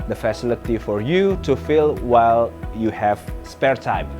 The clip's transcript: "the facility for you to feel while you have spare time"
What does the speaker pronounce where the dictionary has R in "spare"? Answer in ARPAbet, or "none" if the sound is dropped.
R